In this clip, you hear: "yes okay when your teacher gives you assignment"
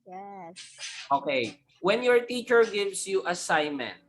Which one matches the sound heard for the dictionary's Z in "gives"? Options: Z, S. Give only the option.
S